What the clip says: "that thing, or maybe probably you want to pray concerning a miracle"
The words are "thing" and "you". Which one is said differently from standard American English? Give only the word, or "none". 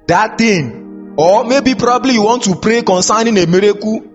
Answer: thing